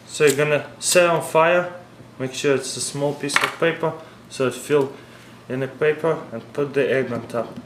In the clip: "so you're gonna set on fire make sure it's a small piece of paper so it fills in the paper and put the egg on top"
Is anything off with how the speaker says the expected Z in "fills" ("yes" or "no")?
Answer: yes